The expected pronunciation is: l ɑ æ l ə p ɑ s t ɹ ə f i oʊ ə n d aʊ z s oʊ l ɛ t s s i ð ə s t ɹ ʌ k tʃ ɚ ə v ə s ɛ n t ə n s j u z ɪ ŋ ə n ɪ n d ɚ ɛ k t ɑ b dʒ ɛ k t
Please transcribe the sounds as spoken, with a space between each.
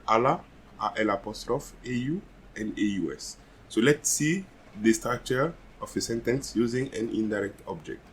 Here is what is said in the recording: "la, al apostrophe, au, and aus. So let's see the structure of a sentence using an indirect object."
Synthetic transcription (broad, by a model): l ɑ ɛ l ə p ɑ s t ɹ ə f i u ə n d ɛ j s oʊ l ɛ t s s i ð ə s t ɑ tʃ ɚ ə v ə s ɛ n t ə n s j u z ɪ ŋ ə n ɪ n d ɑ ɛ k t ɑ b dʒ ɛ k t